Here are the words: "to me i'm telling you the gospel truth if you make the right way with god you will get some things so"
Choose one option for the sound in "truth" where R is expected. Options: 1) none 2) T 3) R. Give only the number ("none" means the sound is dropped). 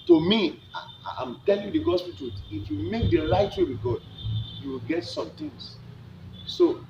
1